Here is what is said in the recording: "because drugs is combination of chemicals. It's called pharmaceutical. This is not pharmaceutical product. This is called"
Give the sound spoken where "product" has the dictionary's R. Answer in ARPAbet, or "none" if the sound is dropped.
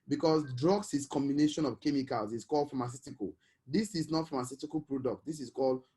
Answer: R